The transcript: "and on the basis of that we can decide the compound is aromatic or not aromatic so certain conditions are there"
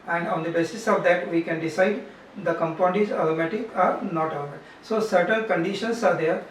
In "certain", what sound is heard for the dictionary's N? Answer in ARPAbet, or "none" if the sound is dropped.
L